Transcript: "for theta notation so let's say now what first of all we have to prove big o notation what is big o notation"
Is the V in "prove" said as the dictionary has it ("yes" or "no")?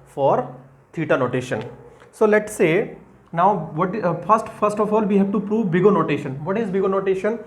yes